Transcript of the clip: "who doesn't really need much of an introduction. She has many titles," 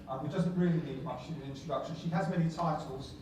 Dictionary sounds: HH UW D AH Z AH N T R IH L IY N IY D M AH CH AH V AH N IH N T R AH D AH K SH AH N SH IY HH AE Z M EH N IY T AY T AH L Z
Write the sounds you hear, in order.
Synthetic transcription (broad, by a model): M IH D AH Z AH N T R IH L IY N IY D M AH CH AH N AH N IH N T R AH D AH K SH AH N SH IY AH Z M EH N IY T AY T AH L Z